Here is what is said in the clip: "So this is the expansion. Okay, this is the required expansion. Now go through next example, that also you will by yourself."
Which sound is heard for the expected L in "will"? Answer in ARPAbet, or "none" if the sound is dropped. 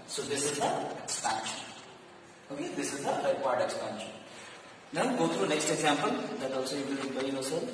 N